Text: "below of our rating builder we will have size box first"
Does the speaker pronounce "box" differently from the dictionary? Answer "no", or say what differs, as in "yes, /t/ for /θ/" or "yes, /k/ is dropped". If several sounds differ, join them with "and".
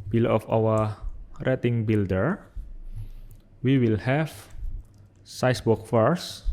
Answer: yes, /s/ is dropped